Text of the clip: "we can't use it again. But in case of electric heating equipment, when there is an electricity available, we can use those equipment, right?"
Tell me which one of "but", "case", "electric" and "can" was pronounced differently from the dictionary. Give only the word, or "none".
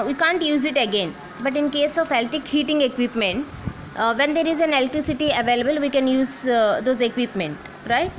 electric